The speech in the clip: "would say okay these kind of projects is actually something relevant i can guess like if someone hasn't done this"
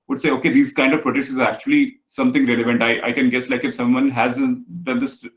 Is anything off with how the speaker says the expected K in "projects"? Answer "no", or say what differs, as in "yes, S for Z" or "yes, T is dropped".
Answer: yes, K is dropped